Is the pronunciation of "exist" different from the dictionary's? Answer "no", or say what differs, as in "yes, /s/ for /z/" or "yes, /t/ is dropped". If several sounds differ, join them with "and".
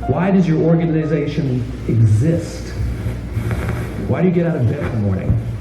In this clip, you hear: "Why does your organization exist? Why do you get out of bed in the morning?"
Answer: no